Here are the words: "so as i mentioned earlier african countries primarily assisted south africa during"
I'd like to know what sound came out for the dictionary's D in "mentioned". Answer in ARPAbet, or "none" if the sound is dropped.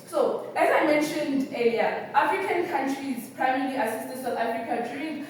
D